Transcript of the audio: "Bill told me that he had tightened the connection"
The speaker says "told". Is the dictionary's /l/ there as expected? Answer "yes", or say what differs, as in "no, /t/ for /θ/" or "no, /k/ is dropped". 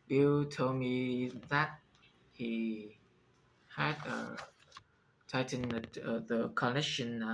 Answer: no, /l/ is dropped